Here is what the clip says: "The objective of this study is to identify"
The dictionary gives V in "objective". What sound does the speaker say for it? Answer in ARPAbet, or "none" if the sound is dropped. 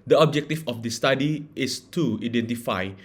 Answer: F